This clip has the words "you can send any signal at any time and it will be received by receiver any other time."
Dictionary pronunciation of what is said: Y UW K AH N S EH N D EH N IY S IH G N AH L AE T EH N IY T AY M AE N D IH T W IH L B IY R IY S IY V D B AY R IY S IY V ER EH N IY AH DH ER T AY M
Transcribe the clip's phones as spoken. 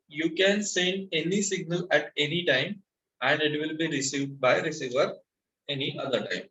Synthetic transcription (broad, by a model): Y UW K AH N S EH N D EH N IY S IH G N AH L AE T EH N IY T AY M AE N D IH T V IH L B IY R IY S IY V D B AY R IY S IY V ER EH N IY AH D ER T AY M